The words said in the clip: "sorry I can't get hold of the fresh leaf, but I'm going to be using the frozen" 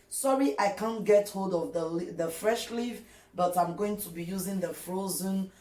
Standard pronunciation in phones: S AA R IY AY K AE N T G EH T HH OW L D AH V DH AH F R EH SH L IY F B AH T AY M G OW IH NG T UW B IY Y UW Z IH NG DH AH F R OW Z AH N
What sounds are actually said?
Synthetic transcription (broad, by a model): S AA R IY AY K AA N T G EH T HH OW L D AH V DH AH F R EH SH L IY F B AH T AY M G OW IH NG T UW B IY Y UW Z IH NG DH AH F R OW Z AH N